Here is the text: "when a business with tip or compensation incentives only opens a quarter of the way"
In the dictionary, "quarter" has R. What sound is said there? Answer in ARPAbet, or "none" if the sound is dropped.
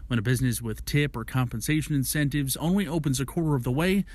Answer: R